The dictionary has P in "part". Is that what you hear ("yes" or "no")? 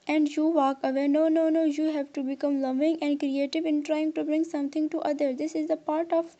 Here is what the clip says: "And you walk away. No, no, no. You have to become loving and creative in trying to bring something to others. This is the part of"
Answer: yes